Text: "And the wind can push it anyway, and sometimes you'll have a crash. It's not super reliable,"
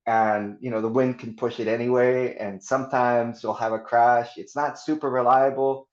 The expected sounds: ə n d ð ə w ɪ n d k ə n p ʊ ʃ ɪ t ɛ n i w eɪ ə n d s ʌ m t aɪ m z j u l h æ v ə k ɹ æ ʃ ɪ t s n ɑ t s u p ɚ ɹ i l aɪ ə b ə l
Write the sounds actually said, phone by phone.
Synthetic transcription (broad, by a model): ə n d ð ə w ɪ n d k n p ʊ ʃ ɪ t ɛ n i w eɪ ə n s ʌ m t aɪ m z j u l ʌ v ə k ɹ æ ʃ ɪ t s n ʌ t s u p ɚ ɹ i l aɪ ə b l